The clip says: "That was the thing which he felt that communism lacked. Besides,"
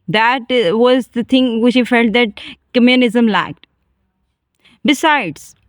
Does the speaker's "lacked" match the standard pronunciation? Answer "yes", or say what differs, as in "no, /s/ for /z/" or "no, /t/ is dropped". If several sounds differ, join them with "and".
yes